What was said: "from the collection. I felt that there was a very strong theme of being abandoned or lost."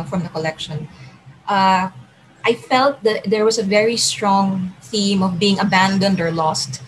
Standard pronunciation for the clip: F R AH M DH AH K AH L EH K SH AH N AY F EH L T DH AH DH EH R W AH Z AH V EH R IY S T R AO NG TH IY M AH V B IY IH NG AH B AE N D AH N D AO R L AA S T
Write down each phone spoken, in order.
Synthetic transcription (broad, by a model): F R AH M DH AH K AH L EH K SH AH N AY F EH L T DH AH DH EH R W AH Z AH V EH R IY S T R AO NG TH IY M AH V B IY IH NG AH B AE N D AH N D AO R L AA S T